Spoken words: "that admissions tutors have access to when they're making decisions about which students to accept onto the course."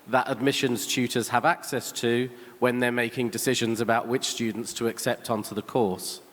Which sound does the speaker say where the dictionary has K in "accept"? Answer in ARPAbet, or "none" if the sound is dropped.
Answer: K